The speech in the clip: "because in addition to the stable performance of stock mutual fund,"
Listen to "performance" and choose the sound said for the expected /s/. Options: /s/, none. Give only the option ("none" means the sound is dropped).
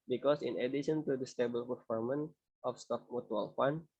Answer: none